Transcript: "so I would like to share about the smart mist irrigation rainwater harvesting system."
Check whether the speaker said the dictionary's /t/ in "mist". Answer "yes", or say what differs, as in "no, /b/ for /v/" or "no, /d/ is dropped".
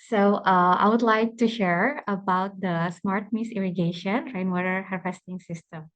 no, /t/ is dropped